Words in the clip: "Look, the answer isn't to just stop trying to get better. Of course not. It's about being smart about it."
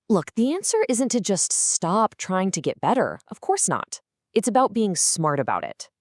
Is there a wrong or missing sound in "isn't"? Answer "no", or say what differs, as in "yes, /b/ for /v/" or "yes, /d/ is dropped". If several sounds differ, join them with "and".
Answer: no